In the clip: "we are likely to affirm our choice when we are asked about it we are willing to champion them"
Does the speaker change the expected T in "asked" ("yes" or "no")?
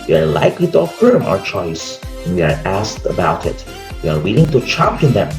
no